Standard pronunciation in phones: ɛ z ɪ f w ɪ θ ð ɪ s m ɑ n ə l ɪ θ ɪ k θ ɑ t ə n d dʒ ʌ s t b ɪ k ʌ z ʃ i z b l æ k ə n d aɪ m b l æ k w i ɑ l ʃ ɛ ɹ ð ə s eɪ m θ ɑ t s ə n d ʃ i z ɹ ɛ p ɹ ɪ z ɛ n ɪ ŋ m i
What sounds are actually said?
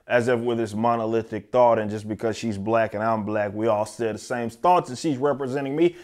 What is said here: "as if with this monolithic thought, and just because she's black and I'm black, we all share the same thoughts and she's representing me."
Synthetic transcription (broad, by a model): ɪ z ɪ f w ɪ ð ɪ s m ɑ n ə l ɪ θ ɪ k θ ɑ t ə n dʒ ʌ s b ɪ k ʌ z ʃ i z b l æ k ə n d aɪ m b l æ k w i ɑ l s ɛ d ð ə s eɪ m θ ɑ t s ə ʃ i z ɹ ɛ p ɹ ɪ z ɛ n ɪ ŋ m i